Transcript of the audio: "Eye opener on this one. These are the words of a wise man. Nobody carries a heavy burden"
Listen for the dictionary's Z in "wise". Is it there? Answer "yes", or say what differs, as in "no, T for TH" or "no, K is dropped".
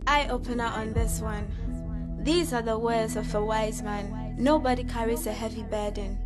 yes